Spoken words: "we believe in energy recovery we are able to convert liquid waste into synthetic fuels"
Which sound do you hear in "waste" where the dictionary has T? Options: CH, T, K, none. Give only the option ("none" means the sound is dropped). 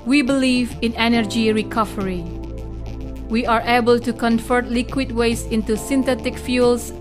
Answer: none